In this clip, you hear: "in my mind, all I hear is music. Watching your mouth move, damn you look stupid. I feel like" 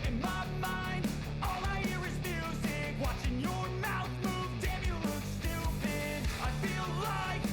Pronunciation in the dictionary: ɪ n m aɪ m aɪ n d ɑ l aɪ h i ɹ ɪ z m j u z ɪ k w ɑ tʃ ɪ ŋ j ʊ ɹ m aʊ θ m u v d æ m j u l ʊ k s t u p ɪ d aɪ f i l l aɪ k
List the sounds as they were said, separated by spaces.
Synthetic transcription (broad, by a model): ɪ n m aɪ m aɪ n d ɑ l aɪ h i ɹ ɪ z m j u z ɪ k w ɑ tʃ ɪ ŋ j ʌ ɹ m aʊ θ m u v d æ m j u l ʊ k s t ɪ b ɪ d aɪ f i l l aɪ k